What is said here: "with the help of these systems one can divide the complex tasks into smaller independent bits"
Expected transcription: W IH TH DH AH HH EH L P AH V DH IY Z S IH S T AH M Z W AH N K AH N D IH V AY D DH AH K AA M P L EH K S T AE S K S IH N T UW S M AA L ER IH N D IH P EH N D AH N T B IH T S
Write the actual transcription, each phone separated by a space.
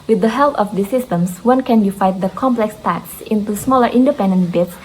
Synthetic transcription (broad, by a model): W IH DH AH HH EH L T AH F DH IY S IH S T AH M S W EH N K AH N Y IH F AY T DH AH K AA M P L EH K S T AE K S IH N T UW S M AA L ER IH N D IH P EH N D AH N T B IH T S